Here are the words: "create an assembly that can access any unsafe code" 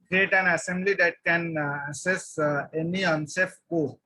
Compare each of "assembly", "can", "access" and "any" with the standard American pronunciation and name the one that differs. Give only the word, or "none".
access